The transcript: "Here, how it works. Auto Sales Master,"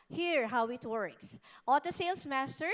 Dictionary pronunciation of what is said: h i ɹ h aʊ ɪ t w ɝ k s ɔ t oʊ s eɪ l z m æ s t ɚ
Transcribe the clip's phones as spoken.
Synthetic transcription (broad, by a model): h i ɹ h aʊ ɪ t w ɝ k s ɔ t oʊ s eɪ l s m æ s t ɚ